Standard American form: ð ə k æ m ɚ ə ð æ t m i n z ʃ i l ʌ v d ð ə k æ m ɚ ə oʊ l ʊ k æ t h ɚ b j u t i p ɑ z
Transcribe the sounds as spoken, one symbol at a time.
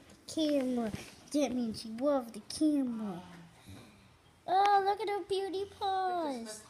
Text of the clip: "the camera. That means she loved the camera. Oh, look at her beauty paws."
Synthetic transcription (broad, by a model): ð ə k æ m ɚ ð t m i n ʃ i w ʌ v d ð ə k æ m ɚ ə oʊ l ʊ k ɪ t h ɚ b j u t i p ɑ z